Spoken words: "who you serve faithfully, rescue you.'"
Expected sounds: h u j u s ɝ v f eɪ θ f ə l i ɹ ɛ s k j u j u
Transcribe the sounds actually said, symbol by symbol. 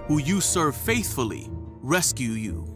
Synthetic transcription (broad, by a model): h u j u s ɝ v f eɪ θ f ə l i ɹ ɛ s k j u j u